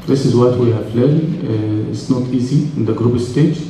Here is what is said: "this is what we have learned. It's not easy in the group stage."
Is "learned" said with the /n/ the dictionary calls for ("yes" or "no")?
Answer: no